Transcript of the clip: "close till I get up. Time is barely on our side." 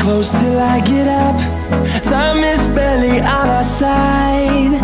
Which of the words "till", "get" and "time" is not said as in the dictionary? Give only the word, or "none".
time